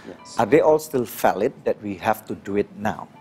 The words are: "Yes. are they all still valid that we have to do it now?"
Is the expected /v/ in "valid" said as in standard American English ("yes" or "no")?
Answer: no